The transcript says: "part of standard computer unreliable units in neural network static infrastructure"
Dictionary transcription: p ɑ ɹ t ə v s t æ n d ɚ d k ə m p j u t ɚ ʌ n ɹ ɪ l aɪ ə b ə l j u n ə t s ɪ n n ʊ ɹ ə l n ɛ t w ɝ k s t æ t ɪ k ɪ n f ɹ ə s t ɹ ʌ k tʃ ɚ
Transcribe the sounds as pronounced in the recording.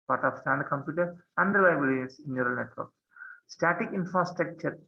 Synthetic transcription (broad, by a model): p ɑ ɹ t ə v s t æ n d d k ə m p j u t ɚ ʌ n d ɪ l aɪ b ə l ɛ ə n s ɪ n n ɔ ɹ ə l n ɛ t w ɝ k s t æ t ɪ k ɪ n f ɹ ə s t ɹ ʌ k tʃ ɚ